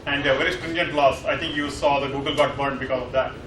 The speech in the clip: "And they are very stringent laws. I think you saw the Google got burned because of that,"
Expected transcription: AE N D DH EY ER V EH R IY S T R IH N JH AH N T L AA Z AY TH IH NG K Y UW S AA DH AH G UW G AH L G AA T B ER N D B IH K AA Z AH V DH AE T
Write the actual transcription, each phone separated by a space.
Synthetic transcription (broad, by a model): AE N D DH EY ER V EH R IY S T R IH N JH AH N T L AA S AY T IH NG K Y UW S AA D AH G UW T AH L G AA T B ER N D B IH K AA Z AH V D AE T